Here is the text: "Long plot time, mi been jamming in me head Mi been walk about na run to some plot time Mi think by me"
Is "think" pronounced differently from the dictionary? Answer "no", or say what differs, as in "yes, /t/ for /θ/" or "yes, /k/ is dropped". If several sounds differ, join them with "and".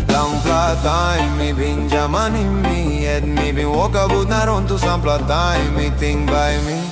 yes, /t/ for /θ/